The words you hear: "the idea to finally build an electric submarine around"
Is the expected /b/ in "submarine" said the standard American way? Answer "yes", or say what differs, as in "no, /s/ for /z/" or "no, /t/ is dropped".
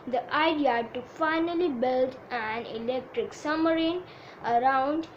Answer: no, /b/ is dropped